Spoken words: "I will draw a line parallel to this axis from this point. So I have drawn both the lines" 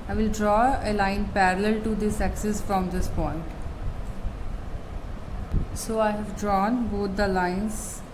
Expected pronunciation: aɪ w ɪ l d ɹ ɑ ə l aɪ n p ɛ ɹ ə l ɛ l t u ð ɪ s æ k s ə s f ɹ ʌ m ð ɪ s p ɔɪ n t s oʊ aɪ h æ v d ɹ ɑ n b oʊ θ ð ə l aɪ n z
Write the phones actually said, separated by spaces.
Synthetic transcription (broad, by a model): aɪ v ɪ l d ɹ ɑ ə l aɪ n p ɛ ɹ ə l ɛ l t u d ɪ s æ k s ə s f ɹ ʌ m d ɪ s p ɔɪ n t s oʊ aɪ h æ v d ɹ ɑ n b oʊ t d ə l aɪ n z